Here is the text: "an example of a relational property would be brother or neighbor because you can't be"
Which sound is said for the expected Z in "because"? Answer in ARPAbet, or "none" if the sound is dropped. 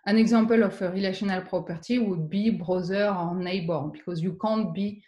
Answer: Z